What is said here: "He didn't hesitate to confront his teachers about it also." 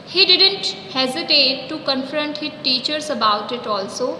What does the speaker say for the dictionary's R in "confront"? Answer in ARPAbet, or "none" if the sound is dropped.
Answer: R